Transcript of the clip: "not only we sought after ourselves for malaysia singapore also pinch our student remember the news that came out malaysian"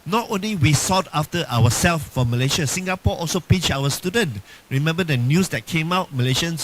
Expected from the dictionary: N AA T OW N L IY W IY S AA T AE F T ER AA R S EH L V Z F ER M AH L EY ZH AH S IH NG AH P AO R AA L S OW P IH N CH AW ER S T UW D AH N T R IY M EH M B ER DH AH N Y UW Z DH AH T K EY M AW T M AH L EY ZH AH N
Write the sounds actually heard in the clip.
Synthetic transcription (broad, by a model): N AA T OW N L IY W IY S AA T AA F T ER AA W S EH L F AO M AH L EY SH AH S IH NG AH P AO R AA L S OW P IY CH AW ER S T UW D AH N T R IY M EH M B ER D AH N Y UW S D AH T K EY M AW T M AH L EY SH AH N